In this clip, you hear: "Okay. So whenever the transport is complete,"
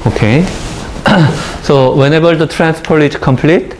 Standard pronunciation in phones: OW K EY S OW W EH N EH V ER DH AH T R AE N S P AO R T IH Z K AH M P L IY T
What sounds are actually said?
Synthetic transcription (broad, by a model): OW K EY S OW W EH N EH B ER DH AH T R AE N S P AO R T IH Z K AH M P L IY T